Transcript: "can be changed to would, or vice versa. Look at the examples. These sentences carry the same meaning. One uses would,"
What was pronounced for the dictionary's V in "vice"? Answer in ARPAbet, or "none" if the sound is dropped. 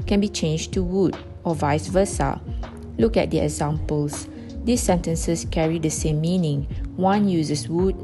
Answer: V